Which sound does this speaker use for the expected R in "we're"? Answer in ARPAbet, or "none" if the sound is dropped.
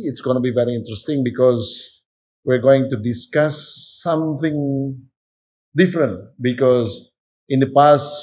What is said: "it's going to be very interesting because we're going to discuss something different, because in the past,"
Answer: R